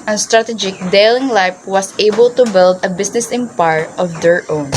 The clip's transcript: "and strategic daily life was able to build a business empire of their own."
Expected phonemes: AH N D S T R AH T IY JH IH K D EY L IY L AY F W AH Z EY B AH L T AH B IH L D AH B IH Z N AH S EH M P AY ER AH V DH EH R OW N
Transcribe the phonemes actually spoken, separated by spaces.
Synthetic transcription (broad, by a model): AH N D S T R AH T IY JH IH K D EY L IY L AY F W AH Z EY B AH L T AH B IH L D AH B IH S N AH S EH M P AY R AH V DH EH R OW N